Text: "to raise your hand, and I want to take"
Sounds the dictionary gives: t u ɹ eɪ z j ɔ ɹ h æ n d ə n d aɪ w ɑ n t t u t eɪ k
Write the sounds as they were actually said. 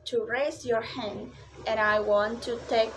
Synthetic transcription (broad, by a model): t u ɹ eɪ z j ɔ ɹ h æ n d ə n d aɪ w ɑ n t t u t eɪ k